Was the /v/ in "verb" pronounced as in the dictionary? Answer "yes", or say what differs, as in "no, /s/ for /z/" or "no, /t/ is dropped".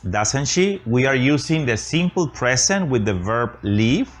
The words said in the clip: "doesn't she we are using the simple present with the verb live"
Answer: yes